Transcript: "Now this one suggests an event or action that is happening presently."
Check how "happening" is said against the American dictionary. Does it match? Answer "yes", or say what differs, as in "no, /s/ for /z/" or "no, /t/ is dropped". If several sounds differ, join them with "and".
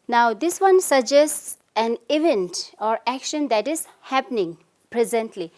yes